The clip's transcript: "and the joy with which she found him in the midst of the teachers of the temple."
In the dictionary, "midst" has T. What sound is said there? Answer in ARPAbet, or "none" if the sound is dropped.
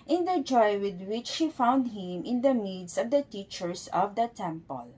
none